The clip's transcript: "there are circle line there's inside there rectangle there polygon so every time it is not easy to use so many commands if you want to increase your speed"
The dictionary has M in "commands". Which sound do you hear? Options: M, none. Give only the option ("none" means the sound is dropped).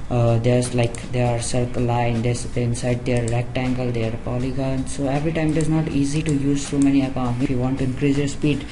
none